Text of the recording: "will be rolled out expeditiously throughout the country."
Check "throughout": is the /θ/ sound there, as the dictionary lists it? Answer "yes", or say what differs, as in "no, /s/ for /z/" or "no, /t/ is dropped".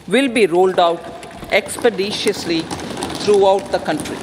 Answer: no, /t/ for /θ/